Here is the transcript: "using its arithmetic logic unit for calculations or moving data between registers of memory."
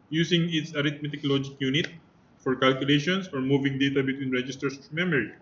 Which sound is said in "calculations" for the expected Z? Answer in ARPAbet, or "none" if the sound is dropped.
S